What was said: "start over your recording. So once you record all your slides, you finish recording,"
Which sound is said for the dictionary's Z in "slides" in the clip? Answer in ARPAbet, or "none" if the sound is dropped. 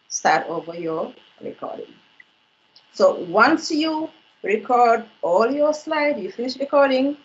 none